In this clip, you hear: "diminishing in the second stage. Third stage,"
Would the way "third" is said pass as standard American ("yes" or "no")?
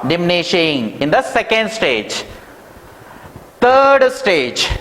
no